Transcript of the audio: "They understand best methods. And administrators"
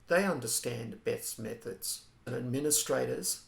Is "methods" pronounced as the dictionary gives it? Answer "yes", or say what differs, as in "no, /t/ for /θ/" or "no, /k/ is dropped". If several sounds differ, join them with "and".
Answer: yes